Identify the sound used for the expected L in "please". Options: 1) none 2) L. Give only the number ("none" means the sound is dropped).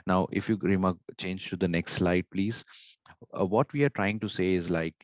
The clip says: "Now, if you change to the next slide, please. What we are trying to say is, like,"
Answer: 2